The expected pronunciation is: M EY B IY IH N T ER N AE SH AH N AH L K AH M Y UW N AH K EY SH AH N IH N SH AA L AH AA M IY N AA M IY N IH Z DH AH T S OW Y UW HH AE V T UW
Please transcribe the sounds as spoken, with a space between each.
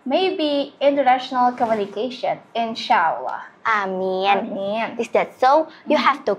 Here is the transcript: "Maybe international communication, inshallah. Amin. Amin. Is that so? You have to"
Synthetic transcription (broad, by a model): M EY B IY IH N T ER N AE SH AH N AH L K AH M Y UW N AH K EY SH AH N IH N SH AA L AH AA M IY N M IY N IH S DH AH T S OW Y UW HH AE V T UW